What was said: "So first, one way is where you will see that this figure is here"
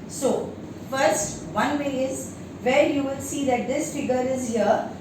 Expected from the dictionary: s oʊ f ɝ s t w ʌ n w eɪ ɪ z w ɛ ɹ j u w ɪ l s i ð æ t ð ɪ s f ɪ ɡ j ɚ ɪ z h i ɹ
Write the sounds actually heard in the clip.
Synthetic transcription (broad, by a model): s oʊ f ɝ s t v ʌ n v eɪ ɪ z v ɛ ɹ j u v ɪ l s i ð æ t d ɪ s f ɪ ɡ ɚ ɪ z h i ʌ